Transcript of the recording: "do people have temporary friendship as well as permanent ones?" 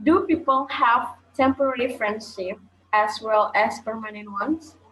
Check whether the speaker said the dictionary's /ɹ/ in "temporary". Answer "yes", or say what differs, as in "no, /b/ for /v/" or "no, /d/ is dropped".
no, /l/ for /ɹ/